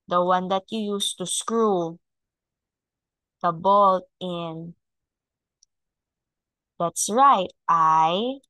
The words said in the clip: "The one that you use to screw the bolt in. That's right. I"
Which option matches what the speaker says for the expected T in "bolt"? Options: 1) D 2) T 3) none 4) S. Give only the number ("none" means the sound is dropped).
2